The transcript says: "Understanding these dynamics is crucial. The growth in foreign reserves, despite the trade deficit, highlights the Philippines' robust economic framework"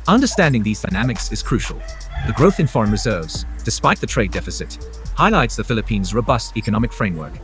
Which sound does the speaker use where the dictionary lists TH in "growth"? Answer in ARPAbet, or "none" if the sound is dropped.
TH